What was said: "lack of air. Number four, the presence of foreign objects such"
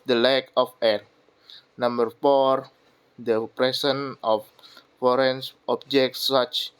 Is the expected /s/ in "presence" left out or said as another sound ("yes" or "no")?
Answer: yes